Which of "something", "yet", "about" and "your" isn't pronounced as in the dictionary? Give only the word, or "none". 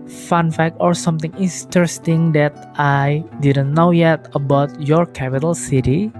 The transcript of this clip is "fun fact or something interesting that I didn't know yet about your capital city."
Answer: something